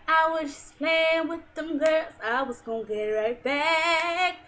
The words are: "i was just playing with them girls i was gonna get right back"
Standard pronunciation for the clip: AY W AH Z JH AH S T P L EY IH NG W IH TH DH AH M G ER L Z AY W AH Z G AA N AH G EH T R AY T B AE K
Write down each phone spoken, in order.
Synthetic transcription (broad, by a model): AY W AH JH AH S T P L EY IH W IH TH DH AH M G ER Z AY W AH Z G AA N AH G EH T R AY T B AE K